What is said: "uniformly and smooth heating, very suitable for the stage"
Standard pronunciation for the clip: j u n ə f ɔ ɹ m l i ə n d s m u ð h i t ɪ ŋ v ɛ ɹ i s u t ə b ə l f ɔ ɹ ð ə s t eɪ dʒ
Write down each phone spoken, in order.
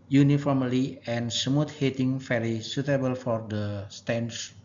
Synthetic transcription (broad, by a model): j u n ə f ɔ ɹ m l i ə n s m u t h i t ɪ ŋ f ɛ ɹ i s u t ə b ə l f ɔ ɹ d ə s t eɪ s